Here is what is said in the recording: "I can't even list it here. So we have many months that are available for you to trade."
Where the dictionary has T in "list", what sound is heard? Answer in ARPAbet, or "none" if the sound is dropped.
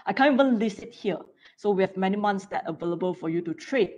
none